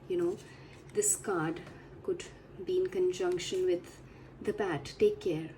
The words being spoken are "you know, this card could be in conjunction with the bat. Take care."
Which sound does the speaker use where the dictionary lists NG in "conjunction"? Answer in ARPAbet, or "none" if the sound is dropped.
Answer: NG